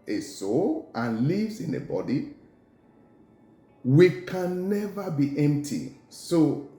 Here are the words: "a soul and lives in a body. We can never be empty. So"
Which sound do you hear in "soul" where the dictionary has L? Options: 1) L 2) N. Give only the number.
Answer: 1